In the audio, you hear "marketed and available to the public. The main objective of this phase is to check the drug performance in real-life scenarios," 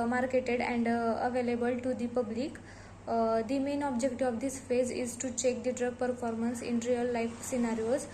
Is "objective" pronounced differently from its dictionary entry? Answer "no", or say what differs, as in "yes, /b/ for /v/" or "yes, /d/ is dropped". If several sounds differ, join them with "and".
yes, /v/ is dropped